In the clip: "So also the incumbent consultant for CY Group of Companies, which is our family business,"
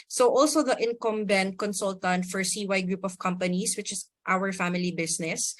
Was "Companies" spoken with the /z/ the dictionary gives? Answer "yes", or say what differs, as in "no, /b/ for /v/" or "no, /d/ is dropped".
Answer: no, /s/ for /z/